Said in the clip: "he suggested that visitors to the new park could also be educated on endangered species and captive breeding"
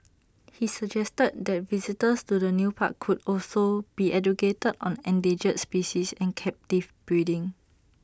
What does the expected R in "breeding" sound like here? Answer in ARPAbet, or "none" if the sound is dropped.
none